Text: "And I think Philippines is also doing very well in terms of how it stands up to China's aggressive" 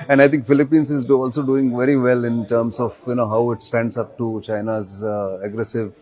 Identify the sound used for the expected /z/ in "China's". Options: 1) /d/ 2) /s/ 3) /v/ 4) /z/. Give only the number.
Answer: 4